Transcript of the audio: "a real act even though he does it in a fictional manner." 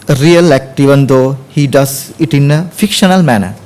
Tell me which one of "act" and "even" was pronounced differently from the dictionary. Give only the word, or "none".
none